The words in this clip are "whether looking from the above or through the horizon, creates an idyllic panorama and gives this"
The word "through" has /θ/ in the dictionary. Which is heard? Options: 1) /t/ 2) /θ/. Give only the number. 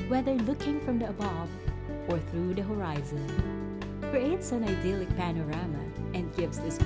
2